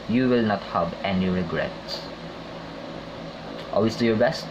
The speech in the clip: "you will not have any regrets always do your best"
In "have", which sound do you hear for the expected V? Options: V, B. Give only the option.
B